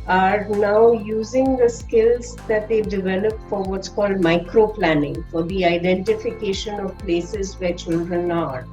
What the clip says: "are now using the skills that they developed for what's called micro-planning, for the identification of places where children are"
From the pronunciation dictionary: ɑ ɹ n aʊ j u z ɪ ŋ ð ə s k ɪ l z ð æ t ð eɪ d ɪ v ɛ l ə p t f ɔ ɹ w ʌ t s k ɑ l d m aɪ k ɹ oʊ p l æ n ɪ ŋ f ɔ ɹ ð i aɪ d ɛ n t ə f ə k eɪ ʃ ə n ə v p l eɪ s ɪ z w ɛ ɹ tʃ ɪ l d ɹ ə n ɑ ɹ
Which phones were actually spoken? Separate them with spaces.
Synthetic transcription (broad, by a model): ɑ ɹ n aʊ j u z ɪ ŋ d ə s k ɪ l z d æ t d eɪ d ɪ v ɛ l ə p f ɔ ɹ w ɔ t s k ɑ l d m aɪ k ɹ oʊ p l æ n ɪ ŋ f ɔ ɹ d i aɪ d ɛ n t ə f ə k eɪ ʃ ə n ə v p l eɪ s ɪ z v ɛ ɹ tʃ ɪ l d ɹ ə n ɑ ɹ